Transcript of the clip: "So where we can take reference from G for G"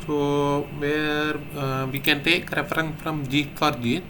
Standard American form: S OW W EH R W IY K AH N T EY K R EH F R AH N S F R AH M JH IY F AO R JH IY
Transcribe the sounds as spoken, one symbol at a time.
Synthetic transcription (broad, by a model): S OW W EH R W IY K AH N T EY K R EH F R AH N F R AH M JH IY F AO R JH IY